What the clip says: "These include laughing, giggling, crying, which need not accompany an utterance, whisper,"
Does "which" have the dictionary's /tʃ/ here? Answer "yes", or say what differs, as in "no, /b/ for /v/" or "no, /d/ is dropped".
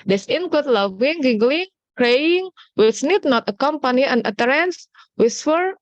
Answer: no, /s/ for /tʃ/